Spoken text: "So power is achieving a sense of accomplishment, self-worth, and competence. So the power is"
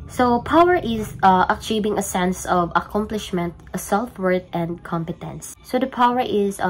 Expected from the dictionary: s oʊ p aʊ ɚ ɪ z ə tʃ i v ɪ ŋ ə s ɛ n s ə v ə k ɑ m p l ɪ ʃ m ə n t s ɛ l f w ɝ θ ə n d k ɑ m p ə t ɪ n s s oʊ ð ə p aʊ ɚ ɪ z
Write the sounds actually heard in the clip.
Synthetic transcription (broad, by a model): s oʊ p aʊ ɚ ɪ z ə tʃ i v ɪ ŋ ə s ɛ n s ə v ə k ɑ m p l ɪ ʃ m ə n t s ɛ l f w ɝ t ə n d k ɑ m p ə t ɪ n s s oʊ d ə p aʊ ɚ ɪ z